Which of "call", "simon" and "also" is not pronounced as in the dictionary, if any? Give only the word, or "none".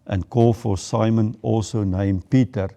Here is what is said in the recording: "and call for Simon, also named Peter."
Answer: none